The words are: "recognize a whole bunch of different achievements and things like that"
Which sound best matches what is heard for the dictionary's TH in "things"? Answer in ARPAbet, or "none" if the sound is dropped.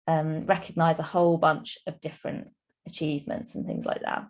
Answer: TH